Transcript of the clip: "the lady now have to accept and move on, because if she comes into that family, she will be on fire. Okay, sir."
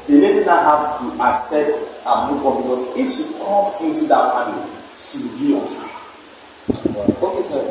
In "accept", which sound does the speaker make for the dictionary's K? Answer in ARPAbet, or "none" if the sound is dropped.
none